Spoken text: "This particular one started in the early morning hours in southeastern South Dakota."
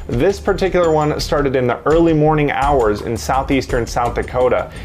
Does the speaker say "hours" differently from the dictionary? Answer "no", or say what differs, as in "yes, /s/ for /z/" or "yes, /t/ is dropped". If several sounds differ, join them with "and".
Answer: no